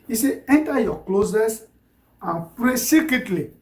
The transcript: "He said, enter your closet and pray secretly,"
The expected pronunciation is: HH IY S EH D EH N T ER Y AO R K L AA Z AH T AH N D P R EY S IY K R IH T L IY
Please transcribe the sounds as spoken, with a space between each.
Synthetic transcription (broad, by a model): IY S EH EH N T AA Y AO K L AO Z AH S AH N P R EY S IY K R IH T L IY